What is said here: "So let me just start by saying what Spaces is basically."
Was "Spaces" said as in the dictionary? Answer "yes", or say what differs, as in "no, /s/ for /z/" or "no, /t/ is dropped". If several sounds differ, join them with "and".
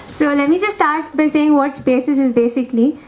no, /b/ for /p/ and /s/ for /z/